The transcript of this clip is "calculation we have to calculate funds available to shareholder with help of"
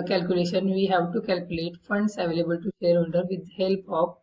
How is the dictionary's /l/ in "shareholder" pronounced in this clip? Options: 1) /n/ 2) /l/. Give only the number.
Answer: 1